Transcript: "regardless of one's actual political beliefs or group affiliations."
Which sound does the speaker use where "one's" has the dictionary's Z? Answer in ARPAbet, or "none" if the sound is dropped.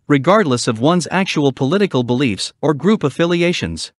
Z